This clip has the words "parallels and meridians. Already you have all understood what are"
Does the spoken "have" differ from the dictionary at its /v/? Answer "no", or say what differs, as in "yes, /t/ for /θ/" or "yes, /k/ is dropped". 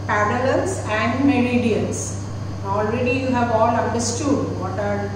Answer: no